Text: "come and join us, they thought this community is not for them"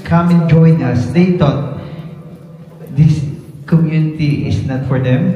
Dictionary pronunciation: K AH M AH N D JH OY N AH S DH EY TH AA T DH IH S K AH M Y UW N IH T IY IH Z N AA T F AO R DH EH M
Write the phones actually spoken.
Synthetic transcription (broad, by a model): K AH M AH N JH OY N AH S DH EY T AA T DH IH S K AH M Y UW N IH T IY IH S N AA T F AO R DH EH M